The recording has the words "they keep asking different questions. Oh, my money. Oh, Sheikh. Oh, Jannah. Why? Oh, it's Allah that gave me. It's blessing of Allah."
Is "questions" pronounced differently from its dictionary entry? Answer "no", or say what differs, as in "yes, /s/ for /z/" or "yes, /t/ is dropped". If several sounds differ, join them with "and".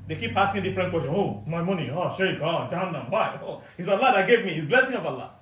yes, /z/ is dropped